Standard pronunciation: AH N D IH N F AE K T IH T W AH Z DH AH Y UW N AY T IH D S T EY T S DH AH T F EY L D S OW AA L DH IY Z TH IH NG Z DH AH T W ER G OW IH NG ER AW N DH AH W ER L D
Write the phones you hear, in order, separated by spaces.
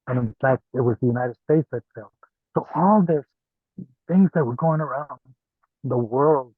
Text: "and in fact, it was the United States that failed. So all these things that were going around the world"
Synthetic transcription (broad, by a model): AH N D IH N F AE K T IH T W AH Z DH AH Y UW N AY T IH D S T EY T S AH T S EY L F S OW AA L DH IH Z TH IH NG Z DH AH T W ER G OW IH NG ER AW N DH AH W ER L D